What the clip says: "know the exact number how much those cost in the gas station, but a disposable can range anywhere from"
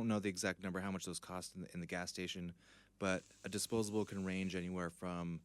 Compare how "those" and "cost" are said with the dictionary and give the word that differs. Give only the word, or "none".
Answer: none